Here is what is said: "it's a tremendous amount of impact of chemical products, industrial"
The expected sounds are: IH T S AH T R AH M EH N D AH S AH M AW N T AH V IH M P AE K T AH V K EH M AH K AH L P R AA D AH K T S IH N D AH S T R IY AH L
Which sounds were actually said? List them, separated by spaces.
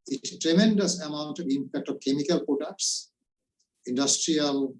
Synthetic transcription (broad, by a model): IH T T R AH M EH N D AH S AH M AW N T AH V IH M P AE K T AH V K EH M AH K AH L P R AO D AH K T S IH N D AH S T R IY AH L